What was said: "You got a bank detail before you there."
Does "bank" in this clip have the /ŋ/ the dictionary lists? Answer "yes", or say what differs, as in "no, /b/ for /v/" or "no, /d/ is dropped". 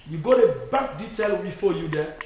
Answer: no, /ŋ/ is dropped